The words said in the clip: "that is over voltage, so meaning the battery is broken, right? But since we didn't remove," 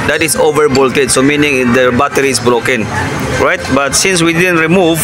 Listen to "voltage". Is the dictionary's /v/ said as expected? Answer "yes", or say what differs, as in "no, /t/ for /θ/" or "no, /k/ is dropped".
no, /b/ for /v/